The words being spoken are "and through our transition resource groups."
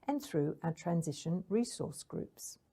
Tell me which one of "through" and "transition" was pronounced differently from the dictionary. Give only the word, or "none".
none